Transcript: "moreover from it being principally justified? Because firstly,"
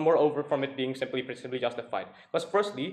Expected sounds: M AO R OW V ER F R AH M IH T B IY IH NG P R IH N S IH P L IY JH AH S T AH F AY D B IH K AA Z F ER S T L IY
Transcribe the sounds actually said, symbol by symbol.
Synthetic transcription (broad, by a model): M AO R OW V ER F R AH M IH T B IY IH NG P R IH S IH B L IY JH AH S T AH F AY D K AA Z F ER S T L IY